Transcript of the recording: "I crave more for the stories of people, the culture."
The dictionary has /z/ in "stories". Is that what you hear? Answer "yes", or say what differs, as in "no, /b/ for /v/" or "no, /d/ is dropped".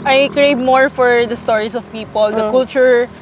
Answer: no, /s/ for /z/